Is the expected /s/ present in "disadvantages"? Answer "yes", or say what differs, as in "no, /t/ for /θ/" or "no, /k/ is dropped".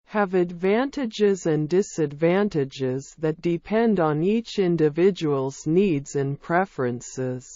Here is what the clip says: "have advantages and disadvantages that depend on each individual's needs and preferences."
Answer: yes